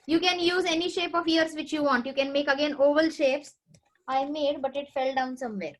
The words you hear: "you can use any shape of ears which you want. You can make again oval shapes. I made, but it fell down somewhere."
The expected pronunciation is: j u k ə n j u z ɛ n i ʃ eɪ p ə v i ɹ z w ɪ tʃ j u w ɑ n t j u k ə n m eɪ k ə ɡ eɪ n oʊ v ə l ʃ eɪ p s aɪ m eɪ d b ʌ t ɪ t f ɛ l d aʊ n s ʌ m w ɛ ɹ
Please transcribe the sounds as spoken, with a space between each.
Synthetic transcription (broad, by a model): j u k ə n j u z ɛ n i ʃ eɪ p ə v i ɹ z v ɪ tʃ j u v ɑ n t j u k ə n m eɪ k ə ɡ eɪ n oʊ v ə l ʃ eɪ p s aɪ m eɪ d b ʌ t ɪ t f ɛ l d aʊ n s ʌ m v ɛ ɹ